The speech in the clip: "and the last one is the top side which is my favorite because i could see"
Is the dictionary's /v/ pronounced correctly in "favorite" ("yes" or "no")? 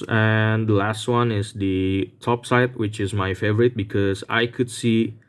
yes